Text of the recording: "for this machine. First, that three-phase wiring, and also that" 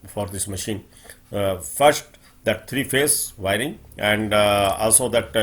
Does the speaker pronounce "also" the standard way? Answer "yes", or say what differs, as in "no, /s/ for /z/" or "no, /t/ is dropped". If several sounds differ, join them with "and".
yes